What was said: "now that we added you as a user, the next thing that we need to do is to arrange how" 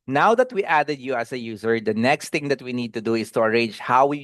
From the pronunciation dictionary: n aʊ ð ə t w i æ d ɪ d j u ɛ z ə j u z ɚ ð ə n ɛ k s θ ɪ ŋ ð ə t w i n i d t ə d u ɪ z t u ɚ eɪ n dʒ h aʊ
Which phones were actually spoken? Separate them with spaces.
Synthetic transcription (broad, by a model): n aʊ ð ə t w i æ d ɪ d j u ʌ s ə j u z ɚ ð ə n ɛ k s t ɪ ŋ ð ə t w i n i d t ə d u ɪ s t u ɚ eɪ n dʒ h aʊ